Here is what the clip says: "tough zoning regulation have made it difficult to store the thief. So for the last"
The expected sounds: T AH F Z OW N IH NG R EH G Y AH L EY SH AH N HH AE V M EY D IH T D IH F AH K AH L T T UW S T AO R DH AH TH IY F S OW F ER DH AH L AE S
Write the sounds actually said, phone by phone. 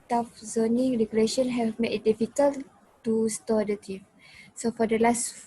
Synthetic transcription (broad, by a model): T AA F Z OW N IH NG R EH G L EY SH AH N HH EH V M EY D IH T D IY F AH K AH L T T UW S T AO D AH T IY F S OW F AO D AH L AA S